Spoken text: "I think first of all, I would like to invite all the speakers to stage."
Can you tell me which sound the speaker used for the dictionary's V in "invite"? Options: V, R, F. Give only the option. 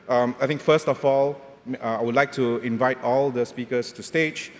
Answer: V